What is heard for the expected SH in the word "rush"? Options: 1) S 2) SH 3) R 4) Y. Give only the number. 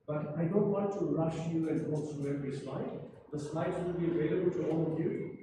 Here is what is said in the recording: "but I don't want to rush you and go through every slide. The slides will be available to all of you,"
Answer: 2